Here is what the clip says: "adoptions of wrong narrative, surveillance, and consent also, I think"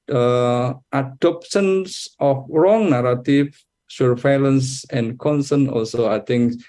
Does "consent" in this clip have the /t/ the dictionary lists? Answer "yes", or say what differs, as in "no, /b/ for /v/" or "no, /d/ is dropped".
no, /t/ is dropped